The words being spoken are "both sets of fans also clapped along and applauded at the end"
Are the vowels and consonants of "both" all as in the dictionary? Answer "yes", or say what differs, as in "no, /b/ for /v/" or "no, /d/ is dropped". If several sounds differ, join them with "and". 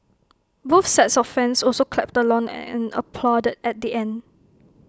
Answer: no, /f/ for /θ/